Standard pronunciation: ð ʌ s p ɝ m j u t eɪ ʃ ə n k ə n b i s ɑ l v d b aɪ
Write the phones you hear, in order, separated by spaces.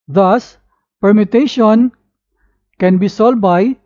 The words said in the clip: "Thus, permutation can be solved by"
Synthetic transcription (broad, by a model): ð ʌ s p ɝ m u t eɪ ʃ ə n k ə n b i s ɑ l d b aɪ